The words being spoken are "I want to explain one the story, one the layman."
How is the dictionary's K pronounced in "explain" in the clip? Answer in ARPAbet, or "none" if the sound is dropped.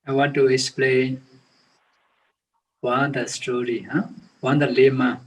K